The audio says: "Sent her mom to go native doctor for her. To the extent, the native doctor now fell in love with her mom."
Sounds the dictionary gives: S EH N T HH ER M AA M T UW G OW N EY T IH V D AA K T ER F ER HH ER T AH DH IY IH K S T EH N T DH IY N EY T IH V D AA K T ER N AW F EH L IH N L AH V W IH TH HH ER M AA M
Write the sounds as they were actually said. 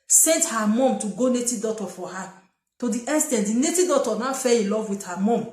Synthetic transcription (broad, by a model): S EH N T HH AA M AA M T UW G OW N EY T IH D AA T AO F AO HH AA T AH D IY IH S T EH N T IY N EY T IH D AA T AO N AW F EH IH L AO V W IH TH HH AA M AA M